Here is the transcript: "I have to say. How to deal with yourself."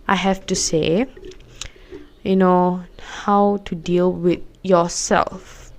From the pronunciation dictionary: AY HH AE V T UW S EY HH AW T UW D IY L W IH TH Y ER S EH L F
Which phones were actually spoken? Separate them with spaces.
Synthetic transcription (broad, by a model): AY HH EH F T UW S EY HH AW T UW D IY L W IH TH Y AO S EH L F